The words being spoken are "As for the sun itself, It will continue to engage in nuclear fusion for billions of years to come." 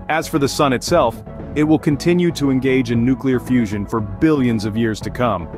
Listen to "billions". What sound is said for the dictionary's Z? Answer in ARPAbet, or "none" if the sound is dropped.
Z